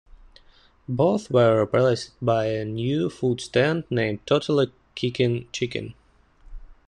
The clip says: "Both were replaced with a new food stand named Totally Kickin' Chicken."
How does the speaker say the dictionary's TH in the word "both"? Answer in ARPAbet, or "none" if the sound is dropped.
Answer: TH